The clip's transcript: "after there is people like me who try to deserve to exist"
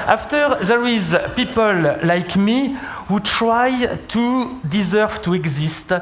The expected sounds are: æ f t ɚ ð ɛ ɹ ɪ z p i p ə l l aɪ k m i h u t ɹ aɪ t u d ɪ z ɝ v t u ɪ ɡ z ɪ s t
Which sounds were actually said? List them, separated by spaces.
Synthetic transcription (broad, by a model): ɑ f t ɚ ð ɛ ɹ ɪ z p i p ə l l aɪ k m i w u t ɹ aɪ t u d ɪ z ɝ v t u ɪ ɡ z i s t